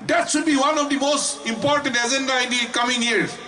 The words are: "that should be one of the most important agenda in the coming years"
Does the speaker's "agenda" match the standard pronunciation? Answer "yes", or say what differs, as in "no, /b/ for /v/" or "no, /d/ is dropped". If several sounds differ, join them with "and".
no, /z/ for /dʒ/